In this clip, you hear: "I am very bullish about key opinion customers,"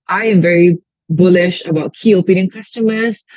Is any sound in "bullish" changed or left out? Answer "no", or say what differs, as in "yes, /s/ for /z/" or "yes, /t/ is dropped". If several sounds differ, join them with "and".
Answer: no